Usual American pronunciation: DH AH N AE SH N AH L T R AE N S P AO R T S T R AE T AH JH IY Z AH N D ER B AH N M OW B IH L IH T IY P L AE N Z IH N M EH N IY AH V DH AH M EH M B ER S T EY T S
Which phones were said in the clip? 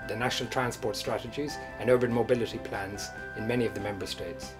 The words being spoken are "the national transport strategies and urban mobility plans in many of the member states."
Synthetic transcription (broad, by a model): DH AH N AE SH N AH L T R AE N S P AO R T S T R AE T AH JH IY Z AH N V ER AH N M OW B IH L IH T IY P L AE N Z IH N M EH N IY AH V DH AH M EH M B ER S T EY T S